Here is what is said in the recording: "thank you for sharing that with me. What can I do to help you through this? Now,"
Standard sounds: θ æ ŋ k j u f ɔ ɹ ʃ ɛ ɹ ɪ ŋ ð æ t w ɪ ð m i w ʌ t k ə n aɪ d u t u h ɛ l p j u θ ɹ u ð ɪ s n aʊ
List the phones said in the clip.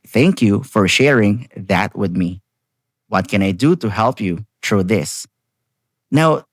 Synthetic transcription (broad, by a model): θ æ ŋ k j u f ɔ ɹ ʃ ɛ ɹ ɪ ŋ ð æ t w ɪ ð m i w ʌ t k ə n aɪ d u t u h ɛ l p j u t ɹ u ð ɪ s n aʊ